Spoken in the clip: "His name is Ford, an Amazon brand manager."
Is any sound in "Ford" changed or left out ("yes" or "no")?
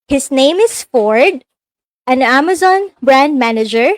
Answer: no